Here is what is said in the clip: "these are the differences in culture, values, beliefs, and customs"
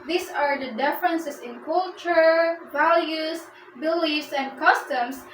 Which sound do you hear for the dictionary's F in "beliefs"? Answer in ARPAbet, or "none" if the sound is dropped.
none